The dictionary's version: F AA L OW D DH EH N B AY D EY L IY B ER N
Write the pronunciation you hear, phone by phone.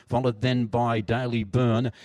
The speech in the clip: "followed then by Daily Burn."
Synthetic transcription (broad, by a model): F AA L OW D DH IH N B AY D EY L IY B ER N